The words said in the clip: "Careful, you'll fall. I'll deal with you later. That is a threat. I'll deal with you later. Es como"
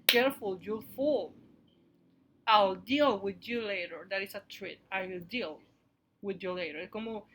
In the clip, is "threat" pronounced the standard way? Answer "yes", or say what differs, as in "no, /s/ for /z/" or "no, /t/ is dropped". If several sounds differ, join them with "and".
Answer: no, /t/ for /θ/